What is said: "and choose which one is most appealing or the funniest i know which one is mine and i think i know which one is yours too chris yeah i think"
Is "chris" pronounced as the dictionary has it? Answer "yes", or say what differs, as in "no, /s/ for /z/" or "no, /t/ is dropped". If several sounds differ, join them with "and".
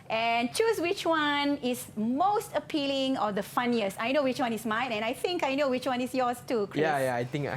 no, /s/ is dropped